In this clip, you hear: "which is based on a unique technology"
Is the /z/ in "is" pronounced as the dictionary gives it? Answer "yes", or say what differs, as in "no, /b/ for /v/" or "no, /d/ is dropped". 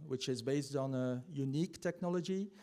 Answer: yes